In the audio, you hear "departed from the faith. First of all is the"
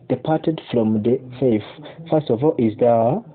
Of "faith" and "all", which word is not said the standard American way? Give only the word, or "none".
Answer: faith